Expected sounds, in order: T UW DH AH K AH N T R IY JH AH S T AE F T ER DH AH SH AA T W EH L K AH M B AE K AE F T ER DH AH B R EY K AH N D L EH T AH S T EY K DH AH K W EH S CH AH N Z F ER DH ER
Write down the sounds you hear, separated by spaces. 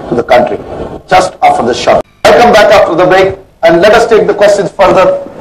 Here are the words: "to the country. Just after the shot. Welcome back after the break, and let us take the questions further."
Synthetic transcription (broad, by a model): T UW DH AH K AH N T R IY JH AH S T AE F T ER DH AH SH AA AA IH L K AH M B AE K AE F T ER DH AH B EY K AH N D L EH T AH S T EY K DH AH K W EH S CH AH N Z F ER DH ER